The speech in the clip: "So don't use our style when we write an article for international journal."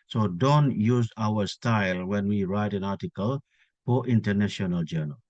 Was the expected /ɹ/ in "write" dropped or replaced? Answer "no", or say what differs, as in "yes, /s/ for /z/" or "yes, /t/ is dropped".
no